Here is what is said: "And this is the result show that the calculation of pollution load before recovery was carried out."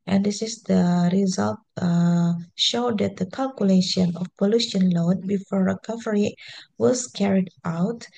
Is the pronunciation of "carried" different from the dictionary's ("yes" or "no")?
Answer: no